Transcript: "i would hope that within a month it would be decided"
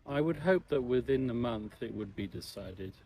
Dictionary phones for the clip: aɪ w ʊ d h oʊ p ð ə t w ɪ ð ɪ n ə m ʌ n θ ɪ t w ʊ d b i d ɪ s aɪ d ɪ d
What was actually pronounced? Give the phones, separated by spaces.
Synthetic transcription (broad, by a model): aɪ w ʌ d h oʊ p ð ə t w ɪ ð ɪ n ə m ʌ n θ ɪ t w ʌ d b i d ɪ s aɪ d ɪ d